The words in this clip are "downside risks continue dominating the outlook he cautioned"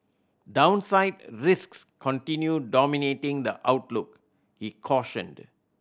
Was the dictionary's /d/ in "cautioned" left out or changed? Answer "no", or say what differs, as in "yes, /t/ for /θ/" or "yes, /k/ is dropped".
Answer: no